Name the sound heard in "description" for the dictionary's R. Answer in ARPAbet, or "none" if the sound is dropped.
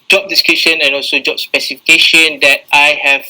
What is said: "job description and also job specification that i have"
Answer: none